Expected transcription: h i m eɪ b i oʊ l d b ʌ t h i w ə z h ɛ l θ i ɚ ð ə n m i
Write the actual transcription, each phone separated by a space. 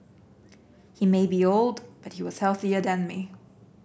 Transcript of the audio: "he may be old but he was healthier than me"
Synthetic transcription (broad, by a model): h i m eɪ b i oʊ l d b ʌ t h i w ə z h ɛ l θ i ɚ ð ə n m i